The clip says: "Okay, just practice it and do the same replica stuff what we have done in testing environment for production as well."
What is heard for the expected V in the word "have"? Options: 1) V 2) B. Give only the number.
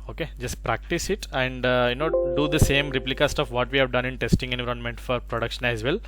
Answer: 1